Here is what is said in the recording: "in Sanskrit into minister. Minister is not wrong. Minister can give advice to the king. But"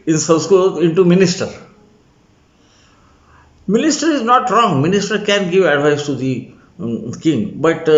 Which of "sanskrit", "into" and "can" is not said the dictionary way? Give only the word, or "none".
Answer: sanskrit